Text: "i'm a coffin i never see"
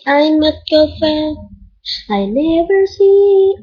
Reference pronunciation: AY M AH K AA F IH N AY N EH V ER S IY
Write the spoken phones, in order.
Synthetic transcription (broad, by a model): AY M AH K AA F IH AY N EH V ER S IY